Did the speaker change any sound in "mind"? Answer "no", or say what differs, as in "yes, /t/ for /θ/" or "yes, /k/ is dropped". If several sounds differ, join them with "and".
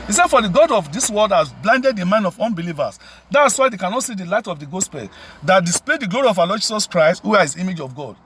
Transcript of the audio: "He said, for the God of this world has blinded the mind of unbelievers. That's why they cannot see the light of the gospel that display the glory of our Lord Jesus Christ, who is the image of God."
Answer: yes, /d/ is dropped